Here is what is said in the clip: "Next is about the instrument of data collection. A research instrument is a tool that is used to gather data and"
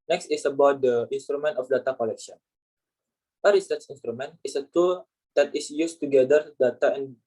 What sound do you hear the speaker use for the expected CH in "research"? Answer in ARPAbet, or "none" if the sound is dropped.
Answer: S